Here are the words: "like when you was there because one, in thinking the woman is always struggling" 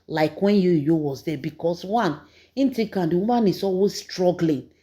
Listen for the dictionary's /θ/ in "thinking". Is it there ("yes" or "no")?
no